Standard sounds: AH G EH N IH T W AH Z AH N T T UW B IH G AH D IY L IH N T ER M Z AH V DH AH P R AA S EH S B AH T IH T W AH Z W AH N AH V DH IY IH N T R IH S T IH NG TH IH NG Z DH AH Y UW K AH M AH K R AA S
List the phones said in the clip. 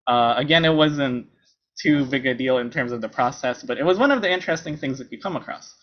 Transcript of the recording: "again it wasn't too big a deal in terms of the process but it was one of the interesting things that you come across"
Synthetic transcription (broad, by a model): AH G EH N IH T W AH Z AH N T T UW B IH G AH D IY L IH N T ER M Z AH V DH AH P R AA S EH S B AH T IH T W AH Z W AH N AH V DH IY IH N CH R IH S T IH NG TH IH NG Z DH AH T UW K AH M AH K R AA S